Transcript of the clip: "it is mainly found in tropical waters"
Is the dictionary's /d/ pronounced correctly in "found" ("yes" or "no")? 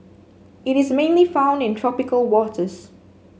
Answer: yes